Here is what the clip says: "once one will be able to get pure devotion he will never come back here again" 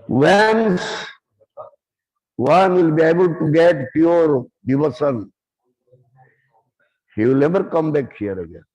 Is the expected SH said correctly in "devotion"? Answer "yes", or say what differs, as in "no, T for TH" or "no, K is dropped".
no, S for SH